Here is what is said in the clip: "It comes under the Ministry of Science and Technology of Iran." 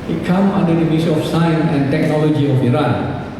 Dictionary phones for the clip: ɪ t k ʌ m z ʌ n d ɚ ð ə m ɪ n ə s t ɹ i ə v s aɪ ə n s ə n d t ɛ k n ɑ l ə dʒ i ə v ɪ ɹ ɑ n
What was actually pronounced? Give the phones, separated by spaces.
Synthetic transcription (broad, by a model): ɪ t k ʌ m ʌ n d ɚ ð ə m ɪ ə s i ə f s aɪ ə n s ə n t ɛ k n ɑ l ə dʒ i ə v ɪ ɹ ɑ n